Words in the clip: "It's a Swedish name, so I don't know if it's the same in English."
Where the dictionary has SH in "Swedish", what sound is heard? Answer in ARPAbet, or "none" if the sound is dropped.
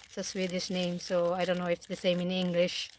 S